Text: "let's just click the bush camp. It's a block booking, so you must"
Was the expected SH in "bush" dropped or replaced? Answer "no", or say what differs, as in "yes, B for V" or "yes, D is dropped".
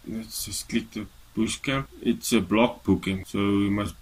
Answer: yes, S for SH